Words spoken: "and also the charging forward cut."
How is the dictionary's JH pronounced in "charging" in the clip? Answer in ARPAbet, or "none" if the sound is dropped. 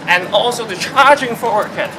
JH